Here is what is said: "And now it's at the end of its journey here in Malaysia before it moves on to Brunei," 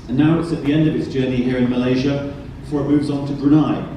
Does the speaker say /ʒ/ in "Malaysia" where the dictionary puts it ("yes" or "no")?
yes